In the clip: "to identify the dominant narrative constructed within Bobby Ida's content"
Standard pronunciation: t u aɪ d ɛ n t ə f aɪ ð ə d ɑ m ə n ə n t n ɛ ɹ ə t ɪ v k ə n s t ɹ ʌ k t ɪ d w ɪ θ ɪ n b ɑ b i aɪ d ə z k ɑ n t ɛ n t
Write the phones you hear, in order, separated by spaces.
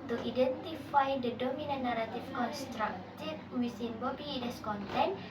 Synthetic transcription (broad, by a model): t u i d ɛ n t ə f aɪ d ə d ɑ m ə n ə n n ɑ ɹ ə t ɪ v k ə n s t ɹ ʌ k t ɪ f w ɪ s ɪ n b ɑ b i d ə s k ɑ n t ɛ n